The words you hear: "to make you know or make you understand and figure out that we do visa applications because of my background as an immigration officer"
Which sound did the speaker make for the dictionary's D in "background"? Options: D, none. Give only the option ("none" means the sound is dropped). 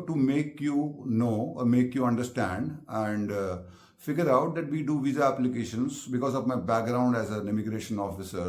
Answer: D